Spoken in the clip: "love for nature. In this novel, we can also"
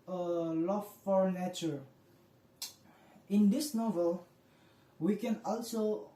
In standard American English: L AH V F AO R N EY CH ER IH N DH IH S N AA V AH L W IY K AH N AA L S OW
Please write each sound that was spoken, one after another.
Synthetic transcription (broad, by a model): L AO F AO R N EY CH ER IH N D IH S N AA V AH L W IY K AH N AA L S OW